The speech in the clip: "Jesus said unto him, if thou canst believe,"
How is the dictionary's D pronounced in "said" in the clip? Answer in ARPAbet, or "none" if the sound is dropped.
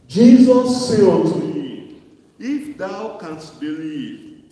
none